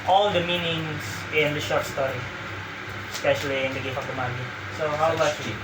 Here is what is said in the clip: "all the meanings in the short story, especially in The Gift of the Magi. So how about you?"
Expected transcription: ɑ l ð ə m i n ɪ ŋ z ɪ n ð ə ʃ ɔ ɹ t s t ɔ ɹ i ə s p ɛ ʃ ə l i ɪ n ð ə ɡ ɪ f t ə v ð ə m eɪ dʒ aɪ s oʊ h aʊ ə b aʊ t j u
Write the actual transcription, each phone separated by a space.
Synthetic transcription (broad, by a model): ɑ l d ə m i n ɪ ŋ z ɪ n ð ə ʃ ɔ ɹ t s t ɔ ɹ i ə s p ɛ ʃ ə l i ɪ n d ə ɡ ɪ t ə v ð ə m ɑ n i s oʊ h aʊ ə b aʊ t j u